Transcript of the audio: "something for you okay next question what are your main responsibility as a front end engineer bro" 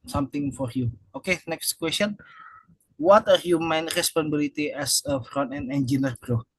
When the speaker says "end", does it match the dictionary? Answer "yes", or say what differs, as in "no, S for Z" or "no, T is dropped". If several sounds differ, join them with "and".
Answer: no, D is dropped